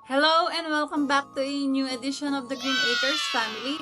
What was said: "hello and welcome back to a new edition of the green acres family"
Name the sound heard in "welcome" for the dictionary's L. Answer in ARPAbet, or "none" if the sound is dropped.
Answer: L